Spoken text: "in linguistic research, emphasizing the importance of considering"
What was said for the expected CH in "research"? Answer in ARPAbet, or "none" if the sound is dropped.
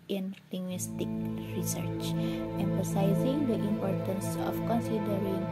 CH